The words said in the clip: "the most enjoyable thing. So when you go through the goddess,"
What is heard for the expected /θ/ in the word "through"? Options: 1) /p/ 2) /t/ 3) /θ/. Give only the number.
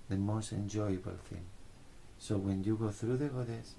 3